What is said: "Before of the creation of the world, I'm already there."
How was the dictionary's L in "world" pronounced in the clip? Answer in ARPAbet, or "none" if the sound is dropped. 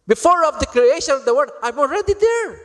none